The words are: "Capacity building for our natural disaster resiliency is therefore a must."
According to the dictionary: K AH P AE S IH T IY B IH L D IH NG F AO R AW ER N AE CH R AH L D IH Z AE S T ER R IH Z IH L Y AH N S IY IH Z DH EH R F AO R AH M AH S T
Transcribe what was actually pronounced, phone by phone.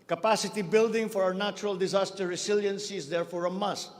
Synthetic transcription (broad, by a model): K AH P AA S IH T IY B IH L D IH NG F AO R AW ER N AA CH R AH L D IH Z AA S T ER R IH S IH L Y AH N S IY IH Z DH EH R F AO R AH M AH S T